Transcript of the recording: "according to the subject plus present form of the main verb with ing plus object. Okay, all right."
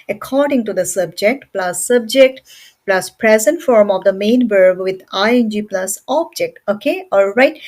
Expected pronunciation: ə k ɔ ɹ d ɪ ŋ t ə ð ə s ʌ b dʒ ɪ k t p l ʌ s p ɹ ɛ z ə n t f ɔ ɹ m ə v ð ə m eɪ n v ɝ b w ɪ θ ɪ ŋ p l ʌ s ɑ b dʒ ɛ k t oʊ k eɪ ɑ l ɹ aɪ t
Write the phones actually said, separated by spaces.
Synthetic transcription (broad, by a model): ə k ɔ ɹ d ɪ ŋ t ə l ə s ʌ b dʒ ɪ k t p l ʌ s p ɹ ɛ z ə n t f ɔ ɹ m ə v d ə m eɪ n b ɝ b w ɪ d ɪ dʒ p l ʌ s ɑ b dʒ ɛ k t oʊ k eɪ ɑ l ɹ aɪ t